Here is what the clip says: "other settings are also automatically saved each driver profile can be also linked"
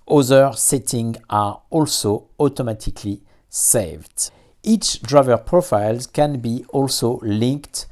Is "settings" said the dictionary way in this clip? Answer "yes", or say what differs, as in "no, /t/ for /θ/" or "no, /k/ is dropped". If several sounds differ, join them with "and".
no, /z/ is dropped